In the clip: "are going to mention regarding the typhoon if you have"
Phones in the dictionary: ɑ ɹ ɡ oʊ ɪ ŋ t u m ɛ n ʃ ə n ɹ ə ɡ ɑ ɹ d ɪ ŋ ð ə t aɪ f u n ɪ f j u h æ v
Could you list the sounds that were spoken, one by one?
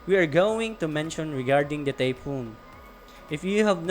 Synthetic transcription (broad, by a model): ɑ ɹ ɡ oʊ ɪ ŋ t u m ɛ n ʃ ə n ɹ ə ɡ ɑ ɹ d ɪ ŋ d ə t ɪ p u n ɪ f j u h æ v